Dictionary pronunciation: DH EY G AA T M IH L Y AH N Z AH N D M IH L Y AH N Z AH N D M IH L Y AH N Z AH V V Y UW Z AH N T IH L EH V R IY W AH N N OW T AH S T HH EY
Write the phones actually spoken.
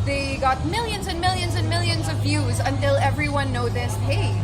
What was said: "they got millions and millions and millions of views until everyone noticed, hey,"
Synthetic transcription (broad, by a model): DH EY G AA T M IH L Y AH N Z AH N M IH L Y AH N Z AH N M IH L Y AH N Z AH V V Y UW Z AH N T IH L EH V R IY W AH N N OW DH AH S HH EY